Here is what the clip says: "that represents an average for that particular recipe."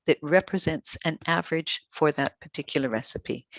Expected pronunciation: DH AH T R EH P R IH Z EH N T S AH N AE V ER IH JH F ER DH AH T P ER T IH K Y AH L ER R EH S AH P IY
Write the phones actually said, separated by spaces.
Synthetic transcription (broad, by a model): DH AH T R EH P R IH Z EH N T S AH N AE V ER IH JH F ER DH AH T P ER T IH K Y L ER R EH S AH P IY